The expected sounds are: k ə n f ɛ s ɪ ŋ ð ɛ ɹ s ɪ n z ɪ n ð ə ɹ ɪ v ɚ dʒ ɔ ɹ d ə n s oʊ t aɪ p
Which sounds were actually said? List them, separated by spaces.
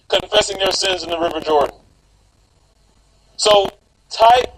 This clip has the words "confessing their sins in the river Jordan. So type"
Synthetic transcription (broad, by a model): k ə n f ɛ s ɪ ŋ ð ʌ ɹ s ɪ n z ɪ n ð ə ɹ ɪ v ɚ dʒ ɔ ɹ d n s oʊ t aɪ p